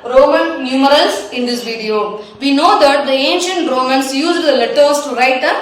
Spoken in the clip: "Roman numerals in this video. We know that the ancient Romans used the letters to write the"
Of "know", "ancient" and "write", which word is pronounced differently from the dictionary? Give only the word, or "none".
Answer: none